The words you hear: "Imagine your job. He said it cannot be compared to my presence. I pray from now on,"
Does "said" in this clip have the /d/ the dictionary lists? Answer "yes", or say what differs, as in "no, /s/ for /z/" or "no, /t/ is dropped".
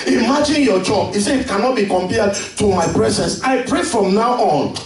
no, /d/ is dropped